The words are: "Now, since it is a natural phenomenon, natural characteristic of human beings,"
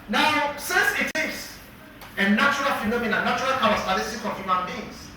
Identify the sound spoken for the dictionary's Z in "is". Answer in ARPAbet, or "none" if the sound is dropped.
S